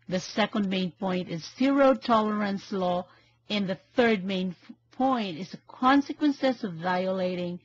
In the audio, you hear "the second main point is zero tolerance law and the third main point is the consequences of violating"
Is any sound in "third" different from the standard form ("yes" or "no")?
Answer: no